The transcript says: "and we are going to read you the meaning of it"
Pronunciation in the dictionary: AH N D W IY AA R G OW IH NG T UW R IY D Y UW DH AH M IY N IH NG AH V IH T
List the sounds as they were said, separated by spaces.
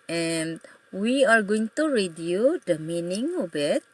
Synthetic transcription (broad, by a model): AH N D W IY AA R G OW IH NG T UW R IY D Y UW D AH M IY N IH NG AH B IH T